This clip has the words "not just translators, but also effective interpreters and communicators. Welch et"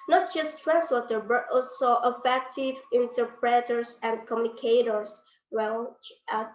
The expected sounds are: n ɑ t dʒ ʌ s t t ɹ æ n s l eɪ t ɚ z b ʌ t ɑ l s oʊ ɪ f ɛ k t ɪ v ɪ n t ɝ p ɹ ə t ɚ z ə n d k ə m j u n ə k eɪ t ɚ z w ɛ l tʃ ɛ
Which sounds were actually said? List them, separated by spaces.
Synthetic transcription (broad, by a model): n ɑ t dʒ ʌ s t t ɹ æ n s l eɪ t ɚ b ʌ t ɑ l s oʊ ɪ f ɛ k t ɪ v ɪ n t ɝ p ɹ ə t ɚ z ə n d k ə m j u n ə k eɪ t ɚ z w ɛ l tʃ